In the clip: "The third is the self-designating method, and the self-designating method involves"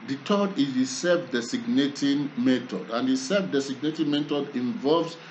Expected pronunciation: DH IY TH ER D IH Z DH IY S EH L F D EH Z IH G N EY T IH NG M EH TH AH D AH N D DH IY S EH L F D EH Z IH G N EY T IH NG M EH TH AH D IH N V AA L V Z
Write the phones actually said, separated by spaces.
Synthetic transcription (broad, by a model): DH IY T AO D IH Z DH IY S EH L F D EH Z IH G N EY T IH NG M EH T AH D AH N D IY S EH L F D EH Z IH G N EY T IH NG M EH T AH D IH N V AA L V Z